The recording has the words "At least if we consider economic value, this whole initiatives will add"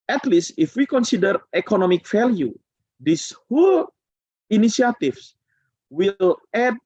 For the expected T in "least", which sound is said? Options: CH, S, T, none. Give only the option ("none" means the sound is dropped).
T